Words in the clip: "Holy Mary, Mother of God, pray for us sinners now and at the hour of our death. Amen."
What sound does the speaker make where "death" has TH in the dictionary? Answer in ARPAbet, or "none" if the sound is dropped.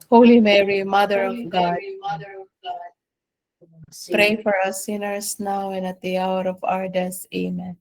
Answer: S